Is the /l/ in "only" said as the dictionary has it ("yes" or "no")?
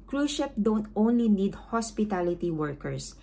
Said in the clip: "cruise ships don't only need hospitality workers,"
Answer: yes